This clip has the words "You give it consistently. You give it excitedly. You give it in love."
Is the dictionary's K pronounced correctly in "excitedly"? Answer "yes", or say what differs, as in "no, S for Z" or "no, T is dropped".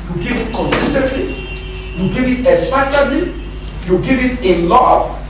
no, K is dropped